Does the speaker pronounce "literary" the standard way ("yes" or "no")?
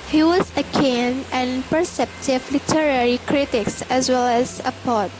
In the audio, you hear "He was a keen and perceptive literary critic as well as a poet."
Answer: yes